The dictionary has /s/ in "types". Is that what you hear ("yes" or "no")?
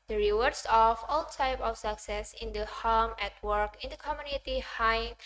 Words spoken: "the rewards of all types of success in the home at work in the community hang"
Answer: no